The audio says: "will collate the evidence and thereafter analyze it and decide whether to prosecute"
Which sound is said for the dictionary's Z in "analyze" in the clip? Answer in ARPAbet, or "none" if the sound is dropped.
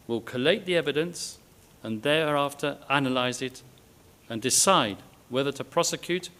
Z